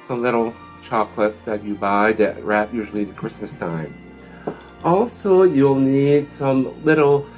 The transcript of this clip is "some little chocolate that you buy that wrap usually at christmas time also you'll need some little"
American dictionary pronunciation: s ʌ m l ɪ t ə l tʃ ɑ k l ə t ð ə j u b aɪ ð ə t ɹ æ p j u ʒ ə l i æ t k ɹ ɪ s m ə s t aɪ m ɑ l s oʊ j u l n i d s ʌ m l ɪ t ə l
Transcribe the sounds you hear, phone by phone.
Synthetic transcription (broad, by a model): s ʌ m l ɪ t l tʃ ɑ k l ə t ð ə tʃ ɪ b aɪ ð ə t ɹ æ p j u ʒ l i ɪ k ɹ ɪ s m ə s t aɪ m ɑ l s oʊ j u l n i d s ʌ m l ɪ t l